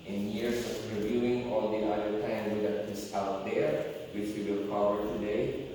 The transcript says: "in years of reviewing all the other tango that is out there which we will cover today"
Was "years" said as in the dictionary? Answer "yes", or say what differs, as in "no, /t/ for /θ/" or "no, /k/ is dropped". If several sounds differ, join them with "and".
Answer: no, /s/ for /z/